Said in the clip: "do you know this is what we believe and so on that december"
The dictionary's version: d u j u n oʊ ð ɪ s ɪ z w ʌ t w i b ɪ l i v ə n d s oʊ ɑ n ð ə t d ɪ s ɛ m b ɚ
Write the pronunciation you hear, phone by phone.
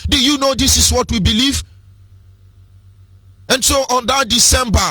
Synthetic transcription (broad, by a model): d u j u n oʊ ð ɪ s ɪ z w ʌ t w i b ɪ l i v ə n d s oʊ ɑ n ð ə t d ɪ s ɛ m b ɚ